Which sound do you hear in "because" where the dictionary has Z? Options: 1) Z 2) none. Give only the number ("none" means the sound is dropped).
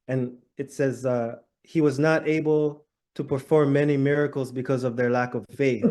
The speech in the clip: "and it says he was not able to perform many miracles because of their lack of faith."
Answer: 1